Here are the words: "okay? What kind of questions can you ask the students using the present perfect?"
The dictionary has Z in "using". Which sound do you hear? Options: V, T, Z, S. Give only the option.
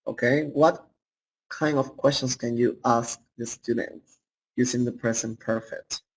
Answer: S